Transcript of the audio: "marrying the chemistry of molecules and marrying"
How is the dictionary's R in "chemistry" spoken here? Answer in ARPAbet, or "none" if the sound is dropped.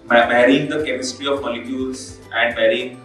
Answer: R